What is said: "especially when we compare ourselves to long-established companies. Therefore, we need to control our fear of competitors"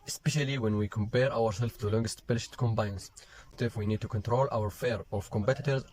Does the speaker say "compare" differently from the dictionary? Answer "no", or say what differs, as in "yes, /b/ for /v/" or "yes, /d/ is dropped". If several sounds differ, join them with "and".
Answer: no